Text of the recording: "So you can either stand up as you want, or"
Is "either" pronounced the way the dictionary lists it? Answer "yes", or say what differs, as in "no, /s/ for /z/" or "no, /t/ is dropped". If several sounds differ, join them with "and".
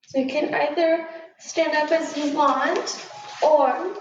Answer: yes